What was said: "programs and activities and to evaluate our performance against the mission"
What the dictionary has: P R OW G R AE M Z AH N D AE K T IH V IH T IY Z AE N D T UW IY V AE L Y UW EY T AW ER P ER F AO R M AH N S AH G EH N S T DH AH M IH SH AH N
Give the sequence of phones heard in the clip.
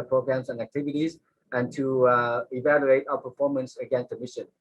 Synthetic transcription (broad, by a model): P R OW G R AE M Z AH N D AE K T IH V IH T IY Z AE N T UW IY V AE L Y UW EY T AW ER P ER F AO R M AH N S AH G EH N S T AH M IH SH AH N